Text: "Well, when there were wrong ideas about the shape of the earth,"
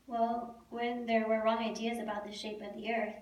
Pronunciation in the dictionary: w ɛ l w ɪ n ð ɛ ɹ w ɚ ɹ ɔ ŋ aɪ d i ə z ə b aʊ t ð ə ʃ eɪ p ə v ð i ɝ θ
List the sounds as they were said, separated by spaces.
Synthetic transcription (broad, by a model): w ɛ l w ɪ n ð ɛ ɹ w ɚ ɹ ɔ ŋ aɪ d i ə z ə b aʊ t ð ə ʃ eɪ p ə v ð i ɝ θ